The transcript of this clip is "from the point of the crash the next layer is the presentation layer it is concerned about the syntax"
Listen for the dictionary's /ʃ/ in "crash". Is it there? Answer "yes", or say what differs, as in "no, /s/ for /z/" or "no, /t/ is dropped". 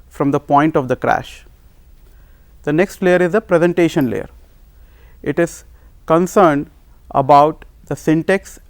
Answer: yes